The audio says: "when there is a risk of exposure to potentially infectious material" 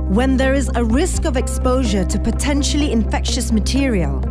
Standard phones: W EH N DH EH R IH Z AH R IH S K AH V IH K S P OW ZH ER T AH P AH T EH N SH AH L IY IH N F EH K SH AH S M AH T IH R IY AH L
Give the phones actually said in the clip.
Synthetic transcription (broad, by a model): W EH N DH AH R IH Z AH R IH S K AH V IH K S P OW ZH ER T AH P AH T EH N SH AH L IY IH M F EH K SH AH S M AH T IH R IY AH L